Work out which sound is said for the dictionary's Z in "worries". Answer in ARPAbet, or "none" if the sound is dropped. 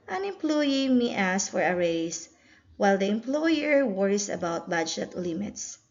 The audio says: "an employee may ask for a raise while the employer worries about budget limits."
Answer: S